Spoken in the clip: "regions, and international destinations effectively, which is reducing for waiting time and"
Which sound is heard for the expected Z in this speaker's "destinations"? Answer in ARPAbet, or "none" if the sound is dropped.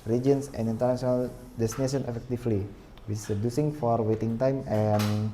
none